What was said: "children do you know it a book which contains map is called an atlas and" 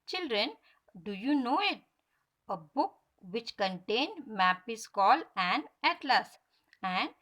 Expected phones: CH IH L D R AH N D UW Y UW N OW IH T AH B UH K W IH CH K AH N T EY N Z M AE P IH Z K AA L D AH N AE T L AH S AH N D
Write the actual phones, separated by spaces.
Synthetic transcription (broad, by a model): CH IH L D R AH N D UW Y UW N OW IH T AH B UH K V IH CH K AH N T EY N M AE P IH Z K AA L AH N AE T L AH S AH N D